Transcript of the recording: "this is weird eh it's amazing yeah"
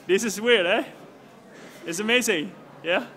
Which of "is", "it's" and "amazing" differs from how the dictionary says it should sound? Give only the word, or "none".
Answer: is